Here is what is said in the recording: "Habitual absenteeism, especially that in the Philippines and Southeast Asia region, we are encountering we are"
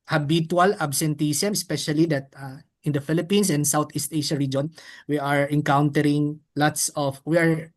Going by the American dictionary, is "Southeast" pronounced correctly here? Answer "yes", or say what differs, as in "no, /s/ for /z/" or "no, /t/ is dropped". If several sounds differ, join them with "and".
no, /t/ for /θ/